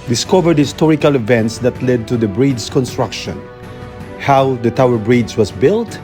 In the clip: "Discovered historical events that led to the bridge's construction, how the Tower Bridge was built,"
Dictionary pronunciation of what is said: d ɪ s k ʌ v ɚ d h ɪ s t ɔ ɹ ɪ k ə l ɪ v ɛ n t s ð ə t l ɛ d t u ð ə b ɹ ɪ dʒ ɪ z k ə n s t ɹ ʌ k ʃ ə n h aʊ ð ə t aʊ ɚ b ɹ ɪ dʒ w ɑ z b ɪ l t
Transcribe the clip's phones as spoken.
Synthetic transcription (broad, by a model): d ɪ s k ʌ v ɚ d h ɪ s t ɔ ɹ ɪ k ə l ɪ v ɛ n t s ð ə t l ɛ d t u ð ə b ɹ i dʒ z k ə n s t ɹ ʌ k ʃ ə n h aʊ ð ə t aʊ ɚ b ɹ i z w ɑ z b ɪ l t